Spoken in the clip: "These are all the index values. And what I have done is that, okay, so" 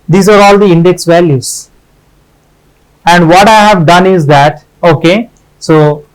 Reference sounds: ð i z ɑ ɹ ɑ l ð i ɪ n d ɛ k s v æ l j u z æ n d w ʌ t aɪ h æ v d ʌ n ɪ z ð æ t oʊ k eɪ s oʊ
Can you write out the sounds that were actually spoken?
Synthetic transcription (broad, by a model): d i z ɑ ɹ ɑ l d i ɪ n d ɛ k s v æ l j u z æ n d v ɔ t aɪ h æ v d ʌ n ɪ z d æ t oʊ k eɪ s oʊ